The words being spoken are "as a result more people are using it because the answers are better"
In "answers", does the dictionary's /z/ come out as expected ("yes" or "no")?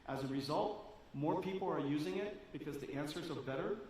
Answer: yes